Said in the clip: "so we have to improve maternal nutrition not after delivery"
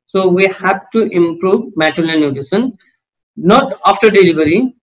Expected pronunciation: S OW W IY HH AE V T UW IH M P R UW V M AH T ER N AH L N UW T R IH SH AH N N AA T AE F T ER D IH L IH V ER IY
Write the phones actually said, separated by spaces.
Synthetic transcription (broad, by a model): S OW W IY HH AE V T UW IH M P R UW V M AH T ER L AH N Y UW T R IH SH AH N N AA T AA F T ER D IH L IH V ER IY